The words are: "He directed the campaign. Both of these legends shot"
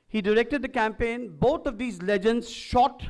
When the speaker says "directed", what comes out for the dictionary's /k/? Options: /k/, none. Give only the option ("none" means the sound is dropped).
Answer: /k/